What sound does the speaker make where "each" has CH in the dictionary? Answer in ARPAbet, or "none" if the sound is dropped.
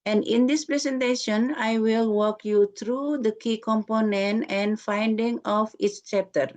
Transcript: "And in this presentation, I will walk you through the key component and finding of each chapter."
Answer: S